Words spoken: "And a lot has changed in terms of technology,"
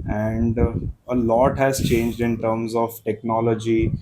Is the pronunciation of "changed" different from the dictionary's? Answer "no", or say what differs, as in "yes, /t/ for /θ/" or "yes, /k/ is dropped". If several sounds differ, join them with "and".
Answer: no